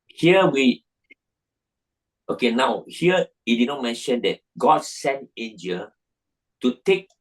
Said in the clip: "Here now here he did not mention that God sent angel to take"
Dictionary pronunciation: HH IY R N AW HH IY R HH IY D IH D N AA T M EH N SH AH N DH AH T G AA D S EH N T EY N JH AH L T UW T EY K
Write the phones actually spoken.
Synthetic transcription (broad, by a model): HH IY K N AW HH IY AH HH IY D IH D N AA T M EH N SH AH N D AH T G AA D S EH N T EY N JH AH L T UW T EY K